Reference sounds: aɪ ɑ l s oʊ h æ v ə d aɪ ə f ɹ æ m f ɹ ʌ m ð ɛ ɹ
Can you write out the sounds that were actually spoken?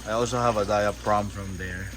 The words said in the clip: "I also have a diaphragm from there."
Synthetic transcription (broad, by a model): aɪ ɑ l s oʊ h æ v ə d aɪ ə p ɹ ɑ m f ɹ ʌ m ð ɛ ɹ